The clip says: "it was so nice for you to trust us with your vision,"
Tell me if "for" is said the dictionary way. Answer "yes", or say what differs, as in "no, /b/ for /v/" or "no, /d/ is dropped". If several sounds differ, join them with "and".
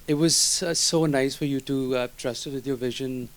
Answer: yes